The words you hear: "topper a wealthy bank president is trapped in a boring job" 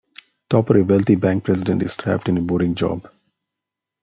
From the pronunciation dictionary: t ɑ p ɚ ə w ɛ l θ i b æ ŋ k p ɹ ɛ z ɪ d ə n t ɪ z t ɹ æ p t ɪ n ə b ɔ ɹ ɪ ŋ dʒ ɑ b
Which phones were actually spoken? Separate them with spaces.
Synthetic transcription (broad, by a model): t ɑ p ɚ ə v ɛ l t i b æ ŋ k p ɹ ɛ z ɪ d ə n t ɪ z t ɹ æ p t ɪ n ə b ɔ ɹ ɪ ŋ dʒ ɑ b